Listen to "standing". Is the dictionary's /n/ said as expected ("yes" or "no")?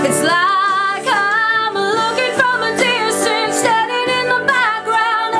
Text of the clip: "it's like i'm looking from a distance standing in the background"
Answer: no